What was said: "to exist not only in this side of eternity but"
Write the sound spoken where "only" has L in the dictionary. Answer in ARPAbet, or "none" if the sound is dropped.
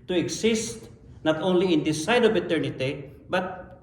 L